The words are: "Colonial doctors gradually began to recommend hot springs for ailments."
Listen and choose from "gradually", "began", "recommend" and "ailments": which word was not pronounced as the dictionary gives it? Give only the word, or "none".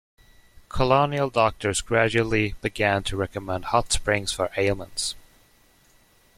ailments